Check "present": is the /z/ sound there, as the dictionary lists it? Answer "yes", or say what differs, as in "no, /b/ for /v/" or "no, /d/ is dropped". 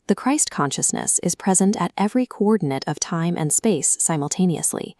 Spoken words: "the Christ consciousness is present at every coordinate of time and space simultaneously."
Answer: yes